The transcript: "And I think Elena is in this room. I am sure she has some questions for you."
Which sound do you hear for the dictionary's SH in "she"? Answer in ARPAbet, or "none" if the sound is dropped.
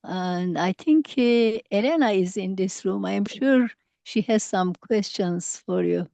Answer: SH